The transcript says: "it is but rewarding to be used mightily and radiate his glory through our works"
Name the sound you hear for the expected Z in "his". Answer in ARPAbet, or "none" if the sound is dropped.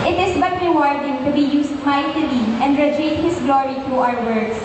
S